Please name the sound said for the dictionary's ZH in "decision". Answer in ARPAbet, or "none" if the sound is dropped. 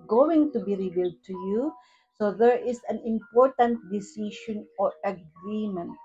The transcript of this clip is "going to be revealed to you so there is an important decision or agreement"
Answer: SH